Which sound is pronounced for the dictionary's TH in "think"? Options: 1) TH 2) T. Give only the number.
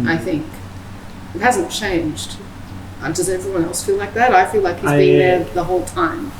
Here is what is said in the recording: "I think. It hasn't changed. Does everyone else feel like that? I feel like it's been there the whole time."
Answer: 1